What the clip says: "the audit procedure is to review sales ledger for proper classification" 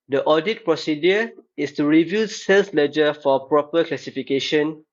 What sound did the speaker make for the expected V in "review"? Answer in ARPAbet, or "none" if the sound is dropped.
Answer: V